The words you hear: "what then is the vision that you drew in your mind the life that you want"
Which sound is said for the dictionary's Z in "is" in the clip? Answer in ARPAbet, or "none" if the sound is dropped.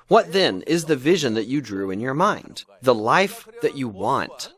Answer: Z